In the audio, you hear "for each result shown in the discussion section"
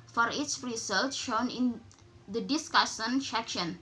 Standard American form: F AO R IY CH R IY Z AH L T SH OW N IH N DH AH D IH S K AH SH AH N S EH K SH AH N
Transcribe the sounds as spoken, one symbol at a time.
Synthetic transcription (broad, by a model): F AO R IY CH R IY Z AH L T SH OW N IH N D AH D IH S K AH S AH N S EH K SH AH N